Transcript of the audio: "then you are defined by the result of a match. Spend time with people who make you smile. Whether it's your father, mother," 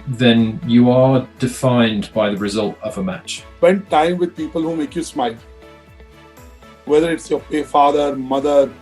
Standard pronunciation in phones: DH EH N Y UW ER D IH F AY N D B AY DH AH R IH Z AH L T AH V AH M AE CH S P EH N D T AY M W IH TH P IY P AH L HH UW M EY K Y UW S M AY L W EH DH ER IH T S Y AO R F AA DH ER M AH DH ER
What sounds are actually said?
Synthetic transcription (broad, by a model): DH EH N Y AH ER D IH F AY N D B AY DH AH R IH Z AH L T AH V AH M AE CH S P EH N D T AY M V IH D P IY P AH L HH UW M EY K Y UW S M AY L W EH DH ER IH T S Y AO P F AA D ER M AH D ER